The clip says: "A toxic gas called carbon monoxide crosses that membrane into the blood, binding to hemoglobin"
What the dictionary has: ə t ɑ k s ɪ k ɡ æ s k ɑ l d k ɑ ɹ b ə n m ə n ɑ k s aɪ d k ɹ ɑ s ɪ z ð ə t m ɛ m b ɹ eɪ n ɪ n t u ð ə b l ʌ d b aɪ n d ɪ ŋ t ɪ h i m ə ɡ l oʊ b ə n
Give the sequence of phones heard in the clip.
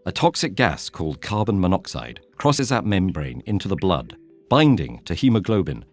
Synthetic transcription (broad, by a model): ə t ɑ k s ɪ k ɡ æ s k ɑ l d k ɑ ɹ b ə n m ə n ɑ k s aɪ d k ɹ ɑ s ɪ z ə t m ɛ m b ɹ eɪ n ɪ n t u ð ə b l ʌ d b aɪ n d ɪ ŋ t ɪ h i m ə ɡ l oʊ b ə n